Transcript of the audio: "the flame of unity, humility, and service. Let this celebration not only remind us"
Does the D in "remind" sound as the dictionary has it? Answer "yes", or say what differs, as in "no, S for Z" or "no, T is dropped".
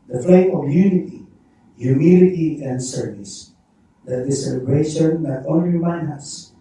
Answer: no, D is dropped